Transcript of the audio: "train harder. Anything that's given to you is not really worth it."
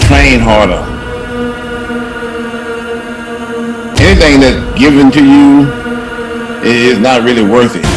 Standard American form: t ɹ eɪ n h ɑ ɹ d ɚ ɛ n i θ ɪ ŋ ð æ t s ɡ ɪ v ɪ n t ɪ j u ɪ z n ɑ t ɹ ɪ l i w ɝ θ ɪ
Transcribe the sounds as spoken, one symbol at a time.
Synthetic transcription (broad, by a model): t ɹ eɪ n h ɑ ɹ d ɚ ɛ n i θ ɪ ŋ ð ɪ t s ɡ ɪ v ɪ n t ɪ j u ɪ z n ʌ t ɹ ɪ l i w ɝ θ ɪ